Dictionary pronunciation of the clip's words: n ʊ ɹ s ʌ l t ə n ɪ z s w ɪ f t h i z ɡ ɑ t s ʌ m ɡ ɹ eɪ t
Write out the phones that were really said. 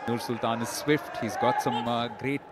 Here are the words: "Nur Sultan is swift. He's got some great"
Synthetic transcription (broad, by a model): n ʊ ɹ s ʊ l t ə n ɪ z s w ɪ f t h i z ɡ ɑ t s ʌ m ɡ ɹ eɪ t